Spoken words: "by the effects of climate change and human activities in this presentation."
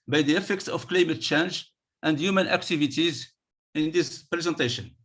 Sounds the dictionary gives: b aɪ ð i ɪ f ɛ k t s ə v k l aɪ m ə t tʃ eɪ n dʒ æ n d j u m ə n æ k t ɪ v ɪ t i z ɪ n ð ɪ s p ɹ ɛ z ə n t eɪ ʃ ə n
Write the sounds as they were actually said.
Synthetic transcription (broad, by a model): b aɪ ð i ɪ f ɛ k t s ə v k l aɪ m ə t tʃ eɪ n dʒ æ n d j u m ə n æ k t ɪ v ɪ t i z ɪ n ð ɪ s p ɹ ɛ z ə n t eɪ ʃ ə n